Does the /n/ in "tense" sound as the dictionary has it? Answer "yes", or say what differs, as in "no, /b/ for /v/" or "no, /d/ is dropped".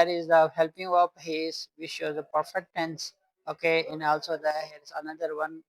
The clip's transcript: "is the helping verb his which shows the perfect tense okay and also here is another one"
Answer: yes